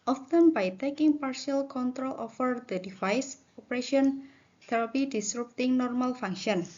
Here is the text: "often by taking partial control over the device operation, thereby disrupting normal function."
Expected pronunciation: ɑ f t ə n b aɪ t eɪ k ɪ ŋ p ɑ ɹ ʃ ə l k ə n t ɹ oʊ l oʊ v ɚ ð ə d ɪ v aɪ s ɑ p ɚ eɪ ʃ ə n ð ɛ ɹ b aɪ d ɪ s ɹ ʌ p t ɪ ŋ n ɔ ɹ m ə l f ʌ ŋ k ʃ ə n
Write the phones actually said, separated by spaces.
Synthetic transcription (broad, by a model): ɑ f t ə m b aɪ t eɪ k ɪ ŋ p ɑ ɹ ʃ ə l k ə n t ɹ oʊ l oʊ f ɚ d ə d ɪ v aɪ s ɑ p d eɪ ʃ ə n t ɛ ɹ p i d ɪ s ɹ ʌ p t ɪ ŋ n ɔ ɹ m ə l f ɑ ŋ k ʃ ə n